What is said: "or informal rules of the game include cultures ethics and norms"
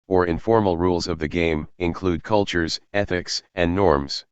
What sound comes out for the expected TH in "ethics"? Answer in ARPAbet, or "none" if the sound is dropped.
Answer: TH